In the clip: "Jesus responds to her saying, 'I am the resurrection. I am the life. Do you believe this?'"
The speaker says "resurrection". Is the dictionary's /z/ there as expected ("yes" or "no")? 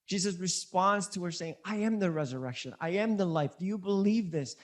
yes